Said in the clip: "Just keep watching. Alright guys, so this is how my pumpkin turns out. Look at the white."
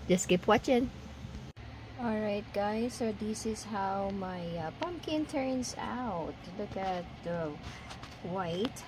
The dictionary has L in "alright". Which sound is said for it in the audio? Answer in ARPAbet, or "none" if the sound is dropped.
L